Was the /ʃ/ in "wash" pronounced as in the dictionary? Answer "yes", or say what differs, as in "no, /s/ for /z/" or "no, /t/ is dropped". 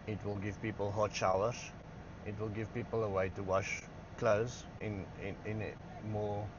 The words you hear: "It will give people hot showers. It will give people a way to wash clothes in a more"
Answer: yes